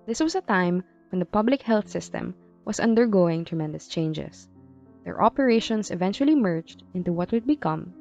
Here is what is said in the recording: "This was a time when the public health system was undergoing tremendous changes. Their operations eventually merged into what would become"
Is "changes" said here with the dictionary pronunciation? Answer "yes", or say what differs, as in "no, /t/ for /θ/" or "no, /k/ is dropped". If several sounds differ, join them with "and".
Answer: no, /s/ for /z/